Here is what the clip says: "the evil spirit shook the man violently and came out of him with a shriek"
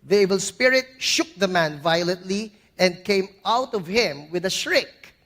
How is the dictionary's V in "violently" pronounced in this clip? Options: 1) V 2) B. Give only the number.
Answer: 1